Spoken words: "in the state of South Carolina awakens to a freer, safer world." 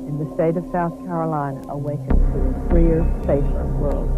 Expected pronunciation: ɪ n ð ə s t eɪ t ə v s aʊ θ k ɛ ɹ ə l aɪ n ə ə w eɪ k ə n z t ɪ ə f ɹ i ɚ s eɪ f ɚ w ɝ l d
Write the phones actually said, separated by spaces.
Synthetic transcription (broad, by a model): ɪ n ð ə s t eɪ t ə v s aʊ θ k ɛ ɹ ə l aɪ n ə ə w eɪ k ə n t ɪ ə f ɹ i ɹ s eɪ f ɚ w ɝ l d